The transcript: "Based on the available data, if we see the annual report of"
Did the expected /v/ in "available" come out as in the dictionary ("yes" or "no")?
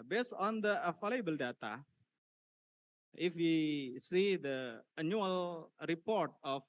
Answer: no